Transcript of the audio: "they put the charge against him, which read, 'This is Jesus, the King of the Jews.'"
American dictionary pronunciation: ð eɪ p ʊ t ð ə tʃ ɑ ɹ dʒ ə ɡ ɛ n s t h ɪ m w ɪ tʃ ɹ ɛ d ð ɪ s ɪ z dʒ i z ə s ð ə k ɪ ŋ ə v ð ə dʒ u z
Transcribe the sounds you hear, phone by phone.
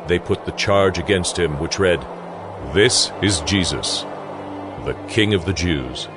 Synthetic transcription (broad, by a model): ð eɪ p ʊ t ð ə tʃ ɑ ɹ dʒ ə ɡ ɛ n s t h ɪ m w ɪ tʃ ɹ ɛ d ð ɪ s ɪ z dʒ i z ə s ð ə k ɪ ŋ ə v ð ə dʒ u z